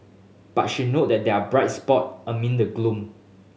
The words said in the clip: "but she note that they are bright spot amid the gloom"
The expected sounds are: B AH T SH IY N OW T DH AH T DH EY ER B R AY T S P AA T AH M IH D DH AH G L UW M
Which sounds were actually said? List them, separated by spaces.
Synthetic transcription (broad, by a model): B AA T SH IY N OW T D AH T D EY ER B R AY T S P AA T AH M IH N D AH G L UW M